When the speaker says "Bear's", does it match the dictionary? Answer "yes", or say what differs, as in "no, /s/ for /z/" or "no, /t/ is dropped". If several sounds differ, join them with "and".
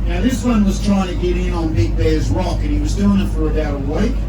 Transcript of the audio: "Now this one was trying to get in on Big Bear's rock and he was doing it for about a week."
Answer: yes